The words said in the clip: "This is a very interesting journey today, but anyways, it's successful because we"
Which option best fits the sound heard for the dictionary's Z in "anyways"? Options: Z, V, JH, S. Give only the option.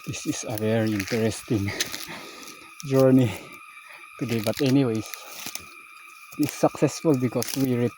S